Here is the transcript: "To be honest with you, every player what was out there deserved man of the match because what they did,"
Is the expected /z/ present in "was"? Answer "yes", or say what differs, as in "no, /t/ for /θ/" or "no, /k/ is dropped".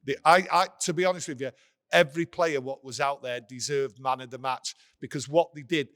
yes